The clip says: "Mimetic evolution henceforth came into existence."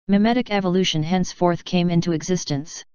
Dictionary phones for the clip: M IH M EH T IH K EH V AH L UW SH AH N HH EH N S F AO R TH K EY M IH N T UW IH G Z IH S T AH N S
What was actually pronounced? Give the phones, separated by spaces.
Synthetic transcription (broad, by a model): M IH M EH T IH K EH V AH L UW SH AH N HH EH N S F AO R TH K EY M IH N T UW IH G Z IH S T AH N S